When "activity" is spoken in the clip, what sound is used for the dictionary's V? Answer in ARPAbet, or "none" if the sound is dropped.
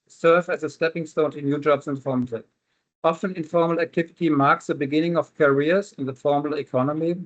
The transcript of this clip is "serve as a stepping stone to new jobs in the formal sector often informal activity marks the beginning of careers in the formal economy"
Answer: V